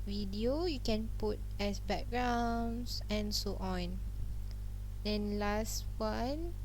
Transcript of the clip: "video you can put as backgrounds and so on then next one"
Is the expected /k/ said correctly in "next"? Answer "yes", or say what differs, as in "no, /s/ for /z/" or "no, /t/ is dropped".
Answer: no, /k/ is dropped